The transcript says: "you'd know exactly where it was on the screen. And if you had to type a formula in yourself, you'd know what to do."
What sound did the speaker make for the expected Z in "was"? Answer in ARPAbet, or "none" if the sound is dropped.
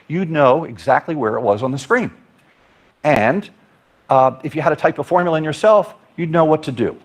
Z